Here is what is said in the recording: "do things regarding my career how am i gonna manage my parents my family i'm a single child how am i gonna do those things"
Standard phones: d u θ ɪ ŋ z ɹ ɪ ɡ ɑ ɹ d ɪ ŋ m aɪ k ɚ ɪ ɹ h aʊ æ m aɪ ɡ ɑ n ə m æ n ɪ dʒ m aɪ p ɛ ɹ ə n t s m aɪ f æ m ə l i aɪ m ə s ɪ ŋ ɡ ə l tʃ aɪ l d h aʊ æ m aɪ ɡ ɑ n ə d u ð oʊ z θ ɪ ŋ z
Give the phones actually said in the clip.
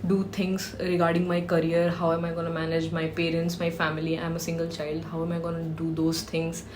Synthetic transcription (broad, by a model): d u t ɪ ŋ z ɹ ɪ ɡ ɑ ɹ d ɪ ŋ m aɪ k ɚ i ɹ h aʊ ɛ m aɪ ɡ ɑ n ə m æ n ɪ dʒ m aɪ p ɛ ɹ ə n t s m aɪ f æ m ə l i aɪ m ə s ɪ ŋ ɡ ə l tʃ aɪ l d h aʊ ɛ m aɪ ɡ ɑ n ə d u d oʊ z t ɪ ŋ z